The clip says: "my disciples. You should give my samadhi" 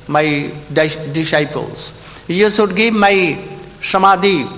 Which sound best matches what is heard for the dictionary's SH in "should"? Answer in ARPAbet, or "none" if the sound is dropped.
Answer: S